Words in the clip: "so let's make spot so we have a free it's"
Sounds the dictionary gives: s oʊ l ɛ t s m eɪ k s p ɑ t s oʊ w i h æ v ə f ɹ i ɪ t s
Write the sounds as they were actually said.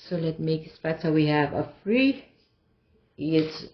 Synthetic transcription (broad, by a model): s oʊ l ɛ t m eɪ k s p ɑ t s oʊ w i h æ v ə f ɹ i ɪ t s